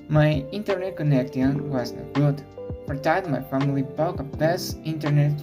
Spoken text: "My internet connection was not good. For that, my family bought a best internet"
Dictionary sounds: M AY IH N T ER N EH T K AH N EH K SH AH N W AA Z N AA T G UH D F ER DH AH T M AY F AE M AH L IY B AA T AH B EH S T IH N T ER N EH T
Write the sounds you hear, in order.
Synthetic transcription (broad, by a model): M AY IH N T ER N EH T K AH N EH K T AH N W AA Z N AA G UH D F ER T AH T M AY F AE M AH L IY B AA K AH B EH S IH N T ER N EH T